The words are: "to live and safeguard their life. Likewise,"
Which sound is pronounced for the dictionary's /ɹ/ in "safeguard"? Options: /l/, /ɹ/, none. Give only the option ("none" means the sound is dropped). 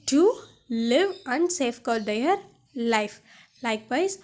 /l/